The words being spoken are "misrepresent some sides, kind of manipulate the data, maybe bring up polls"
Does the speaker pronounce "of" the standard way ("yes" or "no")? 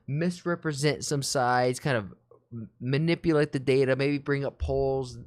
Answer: yes